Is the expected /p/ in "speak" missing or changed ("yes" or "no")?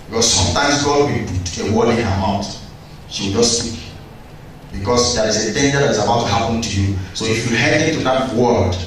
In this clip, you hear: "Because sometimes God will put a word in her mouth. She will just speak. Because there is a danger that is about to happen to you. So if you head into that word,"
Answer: yes